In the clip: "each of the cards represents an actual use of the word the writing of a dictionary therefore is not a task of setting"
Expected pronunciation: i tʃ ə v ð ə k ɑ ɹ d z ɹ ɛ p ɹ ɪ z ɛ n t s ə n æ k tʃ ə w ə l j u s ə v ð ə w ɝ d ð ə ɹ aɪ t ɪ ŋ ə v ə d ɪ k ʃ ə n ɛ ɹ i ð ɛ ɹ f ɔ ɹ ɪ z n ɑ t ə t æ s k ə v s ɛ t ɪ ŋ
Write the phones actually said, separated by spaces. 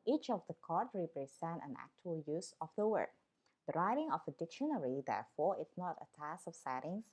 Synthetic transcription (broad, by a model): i tʃ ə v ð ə k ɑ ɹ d ɹ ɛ p ɹ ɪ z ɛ n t ə n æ k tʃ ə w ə l j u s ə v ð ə w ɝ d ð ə ɹ aɪ t ɪ ŋ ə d ə d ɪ k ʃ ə n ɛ ɹ i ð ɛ ɹ f ɔ ɹ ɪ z n ɑ t ə t æ s k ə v s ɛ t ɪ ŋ